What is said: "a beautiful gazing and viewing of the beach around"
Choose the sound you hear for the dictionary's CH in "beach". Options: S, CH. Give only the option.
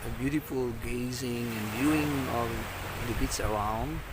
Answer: S